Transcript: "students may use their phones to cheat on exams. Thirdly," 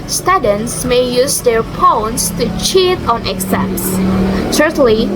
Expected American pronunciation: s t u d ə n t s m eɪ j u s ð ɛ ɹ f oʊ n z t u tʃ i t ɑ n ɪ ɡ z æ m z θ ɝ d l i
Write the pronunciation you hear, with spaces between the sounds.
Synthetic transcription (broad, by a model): s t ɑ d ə n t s m eɪ j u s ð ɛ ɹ p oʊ n s t u tʃ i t ɑ n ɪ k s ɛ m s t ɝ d l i